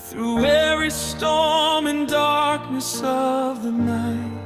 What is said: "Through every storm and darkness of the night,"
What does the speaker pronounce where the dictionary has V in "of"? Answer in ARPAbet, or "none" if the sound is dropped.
V